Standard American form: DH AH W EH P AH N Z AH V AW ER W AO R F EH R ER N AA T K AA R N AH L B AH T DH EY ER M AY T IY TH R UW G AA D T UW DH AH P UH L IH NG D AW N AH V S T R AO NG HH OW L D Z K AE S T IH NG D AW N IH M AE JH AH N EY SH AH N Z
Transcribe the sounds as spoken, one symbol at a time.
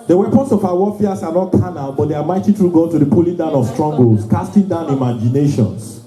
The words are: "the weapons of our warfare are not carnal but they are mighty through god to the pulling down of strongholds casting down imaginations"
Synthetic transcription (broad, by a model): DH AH W EH P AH N S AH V AW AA W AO F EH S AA N AA T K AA N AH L B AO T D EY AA M AY T IY T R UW G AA T UW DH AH P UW L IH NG D AW N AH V S T R AO NG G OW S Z K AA S T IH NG D AW N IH M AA JH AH N EY SH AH N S